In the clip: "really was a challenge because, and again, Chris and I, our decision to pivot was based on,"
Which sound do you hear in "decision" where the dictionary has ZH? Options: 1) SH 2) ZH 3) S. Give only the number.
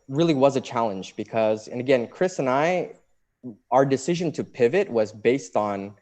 2